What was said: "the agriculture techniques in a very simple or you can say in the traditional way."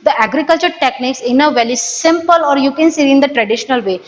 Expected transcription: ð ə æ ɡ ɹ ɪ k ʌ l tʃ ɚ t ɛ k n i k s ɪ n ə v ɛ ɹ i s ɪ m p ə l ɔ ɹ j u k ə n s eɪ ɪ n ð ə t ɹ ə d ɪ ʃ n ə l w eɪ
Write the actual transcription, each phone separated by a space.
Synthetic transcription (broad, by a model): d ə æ ɡ ɹ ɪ k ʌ l tʃ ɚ t ɛ k n i k s ɪ n ə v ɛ l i s ɪ m p ə l ɔ ɹ j u k ə n s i ɪ n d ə t ɹ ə d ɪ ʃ n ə l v eɪ